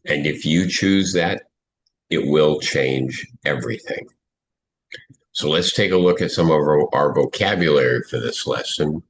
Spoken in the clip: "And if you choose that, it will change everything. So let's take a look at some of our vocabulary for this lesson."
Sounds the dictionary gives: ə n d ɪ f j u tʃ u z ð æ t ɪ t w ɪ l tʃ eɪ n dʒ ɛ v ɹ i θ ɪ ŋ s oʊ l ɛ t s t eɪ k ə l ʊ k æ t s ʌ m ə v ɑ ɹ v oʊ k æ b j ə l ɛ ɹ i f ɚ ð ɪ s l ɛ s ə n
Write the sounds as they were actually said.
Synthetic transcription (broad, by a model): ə n ɪ f j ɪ tʃ u z ð æ t ɪ t w ɪ l tʃ eɪ n dʒ ɛ v ɹ i θ ɪ ŋ s oʊ l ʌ t s t eɪ k ə l ʊ k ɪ t s ʌ m ə v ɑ ɹ v oʊ k æ b j ə l ɛ ɹ i f ɚ ð ɪ s l ɛ s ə n